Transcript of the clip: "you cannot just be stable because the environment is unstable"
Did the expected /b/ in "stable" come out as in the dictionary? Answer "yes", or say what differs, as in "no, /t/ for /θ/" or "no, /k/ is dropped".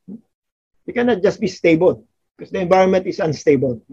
yes